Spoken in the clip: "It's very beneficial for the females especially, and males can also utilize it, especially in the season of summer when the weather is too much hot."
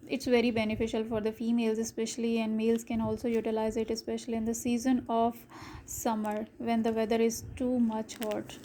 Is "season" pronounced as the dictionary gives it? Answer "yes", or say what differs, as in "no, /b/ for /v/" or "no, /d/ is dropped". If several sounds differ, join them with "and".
yes